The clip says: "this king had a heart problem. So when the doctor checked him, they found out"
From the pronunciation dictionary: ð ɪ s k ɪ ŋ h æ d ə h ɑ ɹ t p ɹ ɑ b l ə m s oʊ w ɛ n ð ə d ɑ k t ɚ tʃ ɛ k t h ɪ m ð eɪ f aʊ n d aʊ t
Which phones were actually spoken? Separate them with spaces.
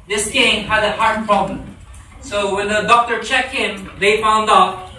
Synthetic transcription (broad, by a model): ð ɪ s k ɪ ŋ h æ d ə h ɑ ɹ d p ɹ ɑ b l ə m s oʊ w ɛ n ð ə d ɑ k t ɚ tʃ ɛ k t h ɪ m ð eɪ f aʊ n d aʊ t